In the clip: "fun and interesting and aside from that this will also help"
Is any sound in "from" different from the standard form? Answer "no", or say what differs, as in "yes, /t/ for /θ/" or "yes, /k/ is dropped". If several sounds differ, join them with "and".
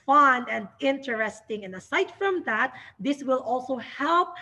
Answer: no